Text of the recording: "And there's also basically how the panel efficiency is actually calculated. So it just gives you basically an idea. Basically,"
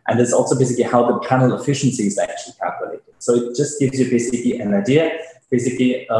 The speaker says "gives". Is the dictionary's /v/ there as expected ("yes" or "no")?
yes